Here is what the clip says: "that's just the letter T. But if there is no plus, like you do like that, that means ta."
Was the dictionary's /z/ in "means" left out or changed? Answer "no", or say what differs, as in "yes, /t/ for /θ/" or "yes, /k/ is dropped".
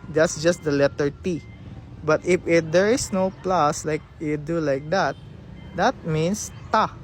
yes, /s/ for /z/